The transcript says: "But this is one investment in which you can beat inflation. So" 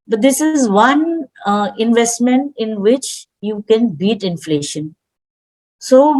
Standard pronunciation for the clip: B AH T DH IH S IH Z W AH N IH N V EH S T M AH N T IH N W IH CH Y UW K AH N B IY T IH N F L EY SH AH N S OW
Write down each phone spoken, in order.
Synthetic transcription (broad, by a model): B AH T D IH S IH Z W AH N IH N V EH S T M AH N T IH N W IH CH Y UW K AH N B IY T IH N F L EY SH AH N S OW